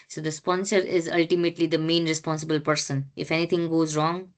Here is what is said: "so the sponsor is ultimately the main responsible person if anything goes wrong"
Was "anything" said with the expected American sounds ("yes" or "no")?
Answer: no